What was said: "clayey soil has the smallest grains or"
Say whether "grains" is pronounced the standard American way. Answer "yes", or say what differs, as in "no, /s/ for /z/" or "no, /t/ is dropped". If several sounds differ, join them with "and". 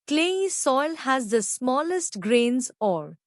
yes